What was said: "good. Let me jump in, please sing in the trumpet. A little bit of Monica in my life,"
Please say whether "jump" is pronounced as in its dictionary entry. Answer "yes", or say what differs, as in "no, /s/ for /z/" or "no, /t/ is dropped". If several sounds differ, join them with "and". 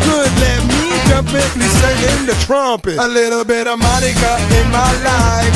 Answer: no, /m/ is dropped